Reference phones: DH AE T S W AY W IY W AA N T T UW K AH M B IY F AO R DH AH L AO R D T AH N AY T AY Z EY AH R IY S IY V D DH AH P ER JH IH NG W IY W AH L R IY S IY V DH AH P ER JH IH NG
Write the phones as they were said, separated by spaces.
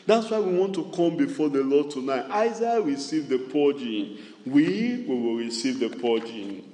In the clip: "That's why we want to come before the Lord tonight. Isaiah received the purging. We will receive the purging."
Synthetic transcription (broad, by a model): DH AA T S W AY W IY W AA N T T UW K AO M B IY F AO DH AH L AO D T AH N AY T AY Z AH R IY S IY V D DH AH P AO JH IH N W IY W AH W R IY S IY V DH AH P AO JH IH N